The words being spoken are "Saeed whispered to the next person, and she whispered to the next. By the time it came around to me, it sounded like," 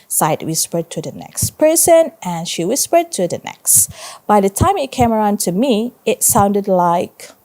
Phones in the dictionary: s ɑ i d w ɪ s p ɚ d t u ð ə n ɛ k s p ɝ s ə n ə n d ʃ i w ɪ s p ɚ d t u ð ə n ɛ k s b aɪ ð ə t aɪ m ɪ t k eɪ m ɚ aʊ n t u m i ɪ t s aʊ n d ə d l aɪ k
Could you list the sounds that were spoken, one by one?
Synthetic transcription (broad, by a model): s ɑ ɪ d w ɪ s p ɚ d t u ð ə n ɛ k s p ɝ s ə n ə n ʃ i w ɪ s p ɚ d t u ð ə n ɛ k s b aɪ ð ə t aɪ m ɪ t k eɪ m ɚ aʊ n t u m i ɪ t s aʊ n d ə d l aɪ k